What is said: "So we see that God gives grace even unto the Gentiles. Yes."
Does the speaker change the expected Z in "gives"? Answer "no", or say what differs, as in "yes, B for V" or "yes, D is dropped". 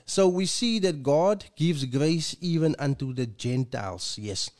no